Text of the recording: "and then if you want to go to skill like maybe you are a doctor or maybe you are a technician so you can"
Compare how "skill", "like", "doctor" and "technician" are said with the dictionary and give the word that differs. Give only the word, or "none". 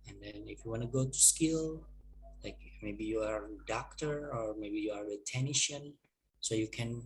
technician